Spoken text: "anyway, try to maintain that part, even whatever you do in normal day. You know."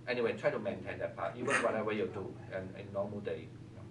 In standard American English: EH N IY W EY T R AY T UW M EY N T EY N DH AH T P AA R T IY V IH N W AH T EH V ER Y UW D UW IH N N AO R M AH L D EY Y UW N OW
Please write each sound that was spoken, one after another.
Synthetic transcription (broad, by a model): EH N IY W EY T R AY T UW M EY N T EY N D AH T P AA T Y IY W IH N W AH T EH W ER Y UW D UW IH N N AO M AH D EY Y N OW